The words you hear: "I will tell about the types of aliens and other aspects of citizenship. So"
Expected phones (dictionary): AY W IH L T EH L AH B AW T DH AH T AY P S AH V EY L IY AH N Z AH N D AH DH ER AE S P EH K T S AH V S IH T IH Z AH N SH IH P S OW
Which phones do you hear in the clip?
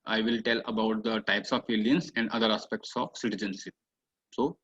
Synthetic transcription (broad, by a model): AY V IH L T EH L AH B AW T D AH T AY P S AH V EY L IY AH N S AH N D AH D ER AE S P EH K T S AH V S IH T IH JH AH N S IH S OW